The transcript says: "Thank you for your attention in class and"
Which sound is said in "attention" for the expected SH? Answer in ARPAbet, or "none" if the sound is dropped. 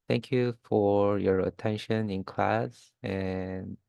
SH